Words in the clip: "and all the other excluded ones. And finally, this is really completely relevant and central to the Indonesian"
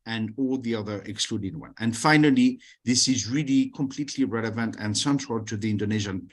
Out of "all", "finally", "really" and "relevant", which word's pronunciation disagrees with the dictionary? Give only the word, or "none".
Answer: none